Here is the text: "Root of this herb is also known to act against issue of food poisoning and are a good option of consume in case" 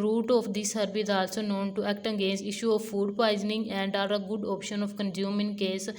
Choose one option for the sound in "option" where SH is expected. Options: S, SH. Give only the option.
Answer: SH